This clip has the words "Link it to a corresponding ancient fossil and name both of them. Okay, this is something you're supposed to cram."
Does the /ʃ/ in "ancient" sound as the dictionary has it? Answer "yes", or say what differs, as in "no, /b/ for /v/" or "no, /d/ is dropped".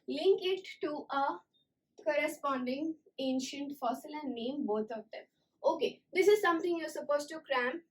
yes